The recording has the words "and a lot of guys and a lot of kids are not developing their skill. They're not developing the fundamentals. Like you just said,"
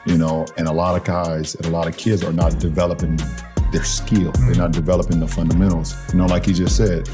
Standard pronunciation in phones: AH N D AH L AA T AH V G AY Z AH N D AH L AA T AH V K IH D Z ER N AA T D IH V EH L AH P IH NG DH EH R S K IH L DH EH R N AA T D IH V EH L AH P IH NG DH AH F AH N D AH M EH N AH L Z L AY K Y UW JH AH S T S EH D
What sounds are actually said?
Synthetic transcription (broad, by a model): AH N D AH L AA T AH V G AY Z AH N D AH L AA T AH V K IH D Z ER N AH T D IH V EH L AH P IH NG DH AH R S K IH L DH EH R N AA T D IH V EH L AH P IH NG DH AH F AH N D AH M EH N L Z L AY K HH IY JH AH S T S EH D